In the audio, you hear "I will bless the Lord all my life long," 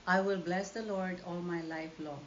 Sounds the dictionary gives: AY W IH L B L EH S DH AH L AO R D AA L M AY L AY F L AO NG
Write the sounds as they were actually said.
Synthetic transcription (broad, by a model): AY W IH L B L EH S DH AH L AO R D AA L M AY L AY F L AO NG